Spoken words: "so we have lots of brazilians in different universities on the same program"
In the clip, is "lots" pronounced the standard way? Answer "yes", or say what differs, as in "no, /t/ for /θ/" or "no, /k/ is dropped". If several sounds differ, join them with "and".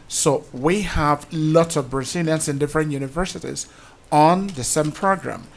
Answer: yes